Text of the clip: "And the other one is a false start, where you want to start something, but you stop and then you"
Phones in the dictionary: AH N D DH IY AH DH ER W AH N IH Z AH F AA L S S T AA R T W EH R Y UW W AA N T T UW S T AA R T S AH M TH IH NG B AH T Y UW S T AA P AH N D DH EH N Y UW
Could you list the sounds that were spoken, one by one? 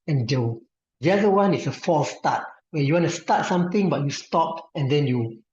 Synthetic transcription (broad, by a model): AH N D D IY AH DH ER W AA N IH S AH F AA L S S T AA T W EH Y UW W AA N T T UW S T AA T S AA M T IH NG B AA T Y UW S T AA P AH N D EH N Y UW